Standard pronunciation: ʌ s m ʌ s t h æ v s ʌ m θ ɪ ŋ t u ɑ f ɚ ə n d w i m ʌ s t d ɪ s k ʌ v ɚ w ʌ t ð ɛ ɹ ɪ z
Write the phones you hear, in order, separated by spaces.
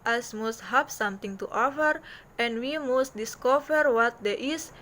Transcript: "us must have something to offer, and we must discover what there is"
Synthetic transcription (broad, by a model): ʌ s m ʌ s t h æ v s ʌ m t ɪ ŋ t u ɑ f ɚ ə n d w i m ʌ s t d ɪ s k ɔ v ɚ w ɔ t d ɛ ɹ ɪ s